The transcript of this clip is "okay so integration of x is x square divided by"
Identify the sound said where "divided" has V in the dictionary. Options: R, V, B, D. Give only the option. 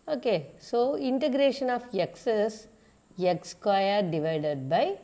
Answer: V